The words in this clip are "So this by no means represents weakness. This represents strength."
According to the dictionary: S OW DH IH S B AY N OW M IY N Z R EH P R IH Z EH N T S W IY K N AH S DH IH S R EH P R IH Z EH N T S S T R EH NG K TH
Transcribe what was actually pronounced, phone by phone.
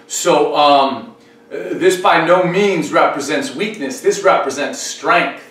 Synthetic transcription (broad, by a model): S OW DH IH S B AY N OW M IY N Z R EH P R IH Z EH N T S W IY K N AH S DH IH S R EH P R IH Z EH N T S S T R EH NG K TH